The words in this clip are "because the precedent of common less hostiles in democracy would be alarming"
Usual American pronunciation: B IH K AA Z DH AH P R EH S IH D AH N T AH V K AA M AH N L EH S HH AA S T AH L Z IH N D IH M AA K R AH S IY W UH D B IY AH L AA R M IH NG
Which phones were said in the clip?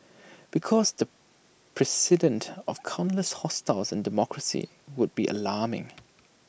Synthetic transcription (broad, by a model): B IH K AA Z DH AH P R EH S IH D AH N T AH V K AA AH N L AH S HH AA S T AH L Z IH N D IH M AA K R AH S IY W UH D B IY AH L AA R M IH NG